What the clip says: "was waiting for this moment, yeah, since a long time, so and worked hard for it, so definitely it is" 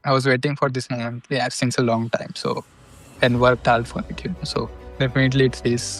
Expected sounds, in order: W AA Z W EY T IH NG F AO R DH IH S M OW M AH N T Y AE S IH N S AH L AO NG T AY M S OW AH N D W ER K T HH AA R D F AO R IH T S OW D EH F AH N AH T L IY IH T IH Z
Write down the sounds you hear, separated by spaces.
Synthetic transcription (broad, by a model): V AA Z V EY T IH NG F AO R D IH S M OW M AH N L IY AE S IH N S AH L AO NG T AY M S OW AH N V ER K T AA L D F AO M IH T S OW D EH F AH N AH T L IY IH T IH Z